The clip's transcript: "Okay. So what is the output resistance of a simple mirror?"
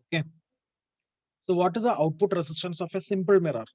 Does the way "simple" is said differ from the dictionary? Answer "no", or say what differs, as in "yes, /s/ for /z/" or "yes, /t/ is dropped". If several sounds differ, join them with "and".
no